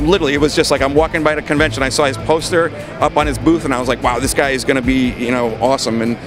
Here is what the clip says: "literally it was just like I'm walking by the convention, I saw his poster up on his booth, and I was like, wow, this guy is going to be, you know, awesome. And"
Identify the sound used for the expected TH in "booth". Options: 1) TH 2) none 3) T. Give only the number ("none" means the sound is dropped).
1